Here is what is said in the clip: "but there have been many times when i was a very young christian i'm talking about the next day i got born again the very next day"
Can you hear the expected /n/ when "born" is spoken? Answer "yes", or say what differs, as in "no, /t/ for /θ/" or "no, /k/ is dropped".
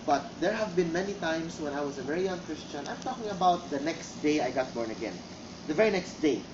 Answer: yes